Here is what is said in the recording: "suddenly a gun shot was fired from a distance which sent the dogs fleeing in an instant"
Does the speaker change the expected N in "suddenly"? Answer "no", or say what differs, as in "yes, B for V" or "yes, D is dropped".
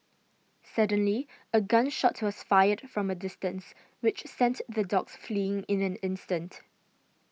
no